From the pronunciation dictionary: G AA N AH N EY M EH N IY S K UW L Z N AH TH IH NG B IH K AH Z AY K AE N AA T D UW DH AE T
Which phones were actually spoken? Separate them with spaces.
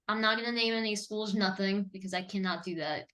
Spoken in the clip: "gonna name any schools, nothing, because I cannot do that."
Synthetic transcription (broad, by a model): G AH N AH N EY M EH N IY S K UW L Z N AH TH IH NG B IH K AH Z AY K AE N AA T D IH DH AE T